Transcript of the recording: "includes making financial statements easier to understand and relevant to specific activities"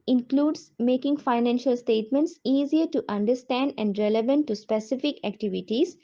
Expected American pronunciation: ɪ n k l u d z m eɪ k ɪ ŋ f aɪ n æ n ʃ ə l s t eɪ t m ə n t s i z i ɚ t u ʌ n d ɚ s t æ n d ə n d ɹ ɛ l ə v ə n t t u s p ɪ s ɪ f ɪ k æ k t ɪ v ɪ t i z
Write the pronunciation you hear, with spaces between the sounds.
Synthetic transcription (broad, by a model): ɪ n k l u d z m eɪ k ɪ ŋ f aɪ n æ n ʃ ə l s t eɪ t m ə n t s i z i ɚ t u ʌ n d ɚ s t æ n d ə n d ɹ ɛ l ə v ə n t t u s p ɪ s ɪ f ɪ k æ k t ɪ v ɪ t i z